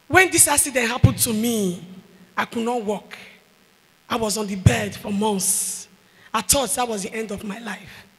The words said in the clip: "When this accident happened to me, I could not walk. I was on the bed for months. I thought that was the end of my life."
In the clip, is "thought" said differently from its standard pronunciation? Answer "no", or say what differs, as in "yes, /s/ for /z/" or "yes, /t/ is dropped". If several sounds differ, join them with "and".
yes, /t/ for /θ/